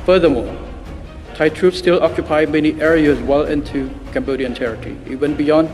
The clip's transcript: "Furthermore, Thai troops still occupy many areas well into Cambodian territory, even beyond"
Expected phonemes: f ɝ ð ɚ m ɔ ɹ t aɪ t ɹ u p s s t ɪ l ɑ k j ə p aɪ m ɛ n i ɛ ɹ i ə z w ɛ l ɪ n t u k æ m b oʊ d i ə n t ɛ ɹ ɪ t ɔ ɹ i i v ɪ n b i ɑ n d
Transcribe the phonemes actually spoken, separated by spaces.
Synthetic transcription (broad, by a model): f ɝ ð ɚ m ɔ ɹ t aɪ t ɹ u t s t ɪ l ɑ k j ə p aɪ m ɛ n i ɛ ɹ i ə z w ɛ l ɪ n t u k æ m b oʊ d i ə n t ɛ ɹ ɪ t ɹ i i w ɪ n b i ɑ n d